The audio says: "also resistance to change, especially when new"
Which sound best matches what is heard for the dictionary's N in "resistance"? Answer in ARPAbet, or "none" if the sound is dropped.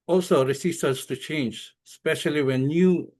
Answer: none